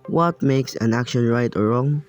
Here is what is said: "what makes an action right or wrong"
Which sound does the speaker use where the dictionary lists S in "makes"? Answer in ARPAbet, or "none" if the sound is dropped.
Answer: S